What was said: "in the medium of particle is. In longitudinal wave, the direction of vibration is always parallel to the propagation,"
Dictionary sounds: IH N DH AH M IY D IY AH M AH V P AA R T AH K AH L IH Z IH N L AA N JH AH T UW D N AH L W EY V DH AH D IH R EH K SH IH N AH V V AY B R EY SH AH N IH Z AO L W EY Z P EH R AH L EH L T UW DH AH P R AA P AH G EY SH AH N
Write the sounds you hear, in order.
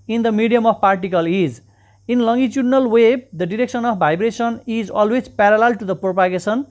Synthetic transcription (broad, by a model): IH N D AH M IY D IY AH M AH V P AA R T AH K AH L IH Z IH N L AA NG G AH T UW D N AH L W EY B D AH D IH R EH K S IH N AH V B AY B R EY S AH N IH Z AO L W EY Z P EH R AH L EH L T UW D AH P R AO P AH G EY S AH N